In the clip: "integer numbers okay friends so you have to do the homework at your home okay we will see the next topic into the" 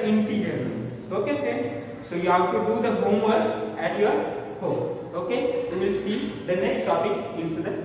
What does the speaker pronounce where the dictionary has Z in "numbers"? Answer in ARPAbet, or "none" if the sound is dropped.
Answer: none